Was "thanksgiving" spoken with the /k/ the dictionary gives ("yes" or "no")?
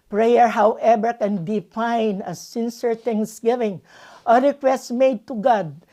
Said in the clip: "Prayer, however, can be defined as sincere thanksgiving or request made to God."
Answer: no